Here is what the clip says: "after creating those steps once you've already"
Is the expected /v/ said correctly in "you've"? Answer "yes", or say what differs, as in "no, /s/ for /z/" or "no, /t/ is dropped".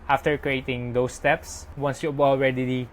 no, /b/ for /v/